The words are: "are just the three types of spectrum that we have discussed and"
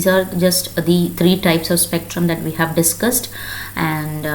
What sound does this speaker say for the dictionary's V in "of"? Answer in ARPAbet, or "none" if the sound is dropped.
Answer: V